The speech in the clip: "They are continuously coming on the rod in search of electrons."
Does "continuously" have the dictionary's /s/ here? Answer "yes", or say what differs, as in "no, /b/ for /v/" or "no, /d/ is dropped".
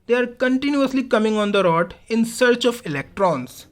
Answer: yes